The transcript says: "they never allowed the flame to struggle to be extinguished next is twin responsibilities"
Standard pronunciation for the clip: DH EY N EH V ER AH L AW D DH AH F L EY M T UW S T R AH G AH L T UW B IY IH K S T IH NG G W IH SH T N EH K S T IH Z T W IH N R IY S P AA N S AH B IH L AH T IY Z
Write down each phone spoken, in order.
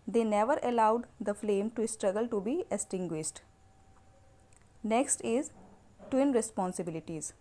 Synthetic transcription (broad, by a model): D EY N EH V ER AH L AW D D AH F L EY M T UW S T R AH G AH L T UW B IY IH S T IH NG G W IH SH T N EH K S T IH Z T W IH N R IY S P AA N S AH B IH L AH T IY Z